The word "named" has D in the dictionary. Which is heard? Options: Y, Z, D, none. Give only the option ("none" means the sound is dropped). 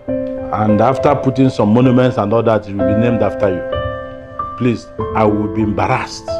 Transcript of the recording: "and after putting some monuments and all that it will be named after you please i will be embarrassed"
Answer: D